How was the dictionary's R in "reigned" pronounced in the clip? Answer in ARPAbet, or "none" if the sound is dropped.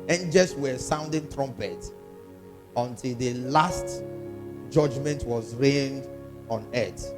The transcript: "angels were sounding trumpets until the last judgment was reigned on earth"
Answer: R